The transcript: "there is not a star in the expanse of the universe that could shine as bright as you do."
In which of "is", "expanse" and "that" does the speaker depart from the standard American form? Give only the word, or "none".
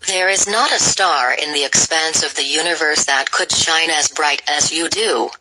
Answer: none